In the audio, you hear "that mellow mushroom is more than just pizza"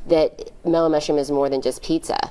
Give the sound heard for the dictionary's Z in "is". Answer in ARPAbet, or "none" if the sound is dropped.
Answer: Z